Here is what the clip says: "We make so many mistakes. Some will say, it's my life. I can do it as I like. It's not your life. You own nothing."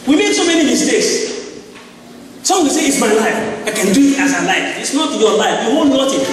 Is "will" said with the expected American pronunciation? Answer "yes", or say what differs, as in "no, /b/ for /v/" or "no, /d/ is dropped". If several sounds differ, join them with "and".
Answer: no, /w/ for /l/